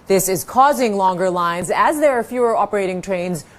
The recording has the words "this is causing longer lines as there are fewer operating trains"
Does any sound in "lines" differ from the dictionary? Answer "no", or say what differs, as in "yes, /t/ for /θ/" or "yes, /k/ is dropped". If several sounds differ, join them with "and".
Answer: no